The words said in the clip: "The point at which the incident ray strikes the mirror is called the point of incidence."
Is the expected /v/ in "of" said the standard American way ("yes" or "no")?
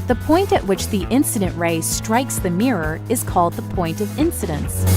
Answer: yes